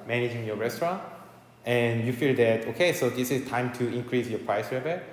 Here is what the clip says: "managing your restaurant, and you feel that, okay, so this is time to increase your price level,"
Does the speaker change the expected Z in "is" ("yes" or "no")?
yes